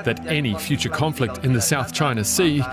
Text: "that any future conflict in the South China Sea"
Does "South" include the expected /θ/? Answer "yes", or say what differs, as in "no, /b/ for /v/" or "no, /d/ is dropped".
yes